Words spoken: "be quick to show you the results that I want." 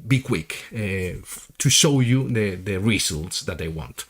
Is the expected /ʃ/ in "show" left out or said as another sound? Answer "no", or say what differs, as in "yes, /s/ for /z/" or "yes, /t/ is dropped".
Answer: no